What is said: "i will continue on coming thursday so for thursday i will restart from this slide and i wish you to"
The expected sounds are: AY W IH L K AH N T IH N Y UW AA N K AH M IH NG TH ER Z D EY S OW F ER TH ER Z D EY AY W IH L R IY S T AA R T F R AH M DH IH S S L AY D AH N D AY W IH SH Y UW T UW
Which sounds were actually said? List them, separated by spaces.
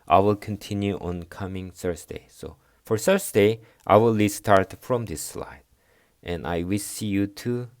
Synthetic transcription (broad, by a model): AY W IH L K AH N T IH N Y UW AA N K AH M IH NG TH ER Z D EY S OW F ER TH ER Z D EY AY W IH L L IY S T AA R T F R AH M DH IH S S L AY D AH N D AY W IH S Y UW T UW